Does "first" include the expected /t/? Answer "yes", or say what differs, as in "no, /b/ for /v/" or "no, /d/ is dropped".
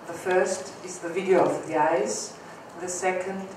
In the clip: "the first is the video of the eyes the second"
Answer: yes